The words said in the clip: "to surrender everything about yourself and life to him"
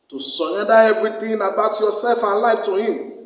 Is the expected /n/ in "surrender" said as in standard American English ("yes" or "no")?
no